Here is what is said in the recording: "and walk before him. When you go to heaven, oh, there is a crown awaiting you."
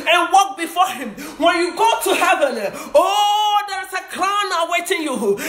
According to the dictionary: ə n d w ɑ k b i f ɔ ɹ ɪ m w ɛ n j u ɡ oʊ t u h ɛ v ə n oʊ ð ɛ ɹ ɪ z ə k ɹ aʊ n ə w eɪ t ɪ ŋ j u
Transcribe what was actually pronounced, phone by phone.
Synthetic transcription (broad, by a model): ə n w ɑ k b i f ɔ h ɪ m w ɛ n j u ɡ oʊ t u h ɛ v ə l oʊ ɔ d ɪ s ə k l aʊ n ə w eɪ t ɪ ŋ j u